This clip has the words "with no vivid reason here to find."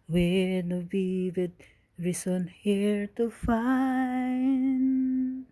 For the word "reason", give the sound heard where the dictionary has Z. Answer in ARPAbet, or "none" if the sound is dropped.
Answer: S